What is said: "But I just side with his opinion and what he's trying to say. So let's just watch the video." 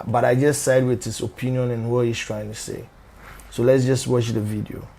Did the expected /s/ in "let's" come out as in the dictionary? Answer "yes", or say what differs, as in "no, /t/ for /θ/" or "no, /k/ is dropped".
yes